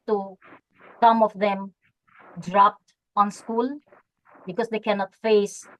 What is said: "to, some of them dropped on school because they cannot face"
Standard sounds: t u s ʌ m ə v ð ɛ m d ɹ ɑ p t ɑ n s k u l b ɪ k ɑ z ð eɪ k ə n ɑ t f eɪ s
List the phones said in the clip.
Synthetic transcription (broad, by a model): t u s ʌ m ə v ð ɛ m d ɹ ɑ p t ɑ n s k u l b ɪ k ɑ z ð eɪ k ə n ɑ t f eɪ s